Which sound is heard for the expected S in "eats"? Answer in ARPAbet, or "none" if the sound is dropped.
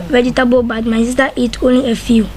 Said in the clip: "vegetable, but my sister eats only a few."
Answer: none